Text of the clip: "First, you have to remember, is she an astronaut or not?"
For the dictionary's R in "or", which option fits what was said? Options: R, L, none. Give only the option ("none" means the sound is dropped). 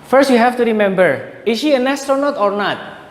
R